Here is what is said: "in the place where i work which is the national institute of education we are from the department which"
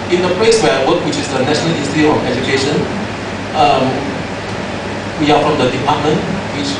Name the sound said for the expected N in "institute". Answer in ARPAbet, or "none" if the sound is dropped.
none